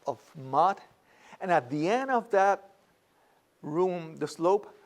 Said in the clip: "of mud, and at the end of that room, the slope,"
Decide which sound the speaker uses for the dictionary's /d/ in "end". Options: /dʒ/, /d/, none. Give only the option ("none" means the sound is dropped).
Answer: /d/